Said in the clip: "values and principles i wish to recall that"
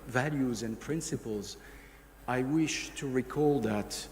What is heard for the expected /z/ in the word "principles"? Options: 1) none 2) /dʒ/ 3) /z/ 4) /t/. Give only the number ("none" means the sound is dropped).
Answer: 3